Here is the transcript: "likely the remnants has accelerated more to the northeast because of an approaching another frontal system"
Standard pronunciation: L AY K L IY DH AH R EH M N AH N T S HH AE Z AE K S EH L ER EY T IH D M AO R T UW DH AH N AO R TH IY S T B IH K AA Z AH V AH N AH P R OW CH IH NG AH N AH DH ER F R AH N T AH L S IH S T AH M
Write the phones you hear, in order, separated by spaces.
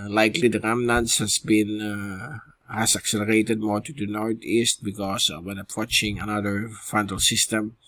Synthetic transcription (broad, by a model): L AY K L IY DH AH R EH M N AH N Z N HH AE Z AE K S EH L ER EY T IH D M AO R T UW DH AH N AO R T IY S T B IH K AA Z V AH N AH P R OW CH IH NG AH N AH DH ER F AH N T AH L S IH S T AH M